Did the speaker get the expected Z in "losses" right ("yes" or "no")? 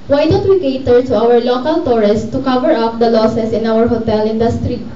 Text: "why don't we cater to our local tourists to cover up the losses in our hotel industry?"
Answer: no